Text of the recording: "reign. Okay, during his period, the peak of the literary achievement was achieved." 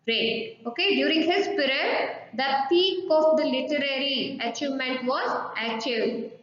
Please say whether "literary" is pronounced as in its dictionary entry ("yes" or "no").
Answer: yes